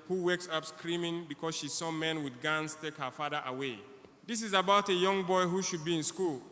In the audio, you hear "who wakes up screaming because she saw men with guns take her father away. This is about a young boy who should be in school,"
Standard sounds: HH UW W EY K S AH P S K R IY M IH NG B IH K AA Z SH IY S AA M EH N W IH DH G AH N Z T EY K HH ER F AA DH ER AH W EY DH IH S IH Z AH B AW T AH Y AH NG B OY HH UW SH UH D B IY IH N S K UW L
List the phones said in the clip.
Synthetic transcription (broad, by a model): HH UW W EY K S AH P S K R IY M IH NG B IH K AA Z SH IY S AA M EH N W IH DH G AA N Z T EY K HH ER F AA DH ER AH W EY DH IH S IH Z AH B AW T AH Y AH NG B OY HH UW SH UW D B IY IH N S K UW L